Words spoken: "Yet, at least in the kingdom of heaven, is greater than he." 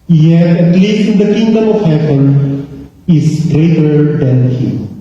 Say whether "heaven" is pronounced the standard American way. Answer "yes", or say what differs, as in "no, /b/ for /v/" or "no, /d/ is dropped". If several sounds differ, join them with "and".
no, /p/ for /v/